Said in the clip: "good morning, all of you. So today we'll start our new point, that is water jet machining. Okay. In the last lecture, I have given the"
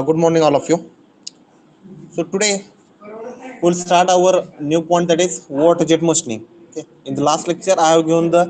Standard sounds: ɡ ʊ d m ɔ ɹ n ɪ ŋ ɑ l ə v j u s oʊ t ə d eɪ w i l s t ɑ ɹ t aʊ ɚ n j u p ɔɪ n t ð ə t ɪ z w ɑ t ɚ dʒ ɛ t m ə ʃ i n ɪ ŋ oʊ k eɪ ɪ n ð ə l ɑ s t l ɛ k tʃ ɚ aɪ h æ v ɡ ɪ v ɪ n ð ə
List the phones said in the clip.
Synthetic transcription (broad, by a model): ɡ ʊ d m ɔ ɹ n ɪ ŋ ɑ l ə f j u s oʊ t ə d eɪ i l s t ɑ ɹ t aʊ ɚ n j u p ɔɪ n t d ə t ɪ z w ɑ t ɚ dʒ ɛ t m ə s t n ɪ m oʊ k eɪ ɪ n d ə l ɑ s t l ɛ k tʃ ɚ aɪ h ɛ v ɡ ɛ ɪ n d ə